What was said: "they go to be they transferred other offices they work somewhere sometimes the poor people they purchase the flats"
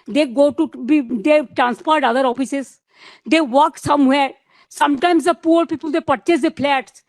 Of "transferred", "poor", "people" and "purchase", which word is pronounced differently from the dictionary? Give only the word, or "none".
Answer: transferred